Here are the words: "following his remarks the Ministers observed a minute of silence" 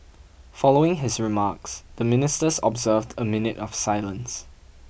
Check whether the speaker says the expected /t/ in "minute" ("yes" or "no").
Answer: yes